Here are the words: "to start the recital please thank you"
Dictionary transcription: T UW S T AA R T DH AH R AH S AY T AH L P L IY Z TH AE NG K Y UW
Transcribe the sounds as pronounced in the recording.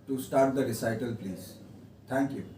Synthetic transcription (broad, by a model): T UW S T AA R T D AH R AH S AY T AH L P L IY Z T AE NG K Y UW